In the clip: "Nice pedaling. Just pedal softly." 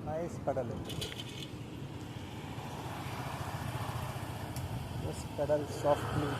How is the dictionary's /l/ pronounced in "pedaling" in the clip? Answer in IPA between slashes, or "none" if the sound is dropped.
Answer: none